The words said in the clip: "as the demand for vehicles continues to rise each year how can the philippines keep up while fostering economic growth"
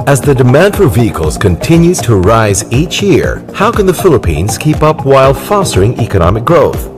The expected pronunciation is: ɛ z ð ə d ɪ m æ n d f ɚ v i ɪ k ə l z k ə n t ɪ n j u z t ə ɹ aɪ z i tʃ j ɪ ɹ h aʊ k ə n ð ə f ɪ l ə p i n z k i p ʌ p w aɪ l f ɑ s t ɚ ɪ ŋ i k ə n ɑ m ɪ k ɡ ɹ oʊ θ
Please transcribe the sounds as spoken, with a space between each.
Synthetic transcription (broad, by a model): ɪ z ð ə d ɪ m æ n d f ɚ v i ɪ k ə l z k ə n t ɪ n j u z t ə ɹ aɪ z i tʃ j ɪ ɹ h aʊ k ə n ð ə f ɪ l ə p i n z k i p ʌ p w aɪ l f ɑ s t ɚ ɪ ŋ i k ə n ɑ m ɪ k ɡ ɹ oʊ θ